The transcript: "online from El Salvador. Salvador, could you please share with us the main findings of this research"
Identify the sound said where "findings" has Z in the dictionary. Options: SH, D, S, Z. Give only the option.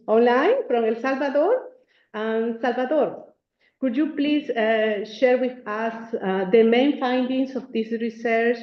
S